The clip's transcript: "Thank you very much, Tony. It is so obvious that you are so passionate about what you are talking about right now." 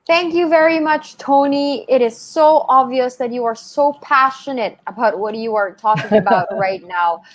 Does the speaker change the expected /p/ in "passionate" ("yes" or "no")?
no